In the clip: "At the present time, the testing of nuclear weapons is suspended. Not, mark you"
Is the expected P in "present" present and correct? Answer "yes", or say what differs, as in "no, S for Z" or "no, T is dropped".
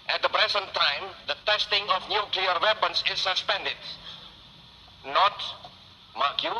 no, B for P